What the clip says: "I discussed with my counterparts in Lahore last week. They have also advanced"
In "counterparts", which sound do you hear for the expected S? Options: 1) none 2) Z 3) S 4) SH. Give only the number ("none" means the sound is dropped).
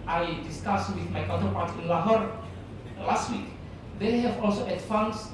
1